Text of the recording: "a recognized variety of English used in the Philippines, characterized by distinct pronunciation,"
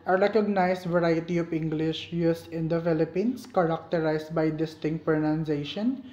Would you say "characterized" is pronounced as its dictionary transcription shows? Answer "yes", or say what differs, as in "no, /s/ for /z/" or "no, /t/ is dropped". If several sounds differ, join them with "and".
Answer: no, /s/ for /z/